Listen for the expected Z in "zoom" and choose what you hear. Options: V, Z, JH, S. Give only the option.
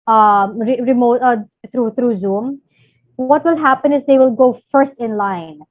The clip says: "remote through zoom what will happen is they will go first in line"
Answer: Z